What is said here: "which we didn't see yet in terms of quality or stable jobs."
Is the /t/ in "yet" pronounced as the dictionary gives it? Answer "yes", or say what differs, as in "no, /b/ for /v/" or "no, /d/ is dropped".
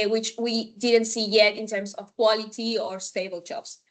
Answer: yes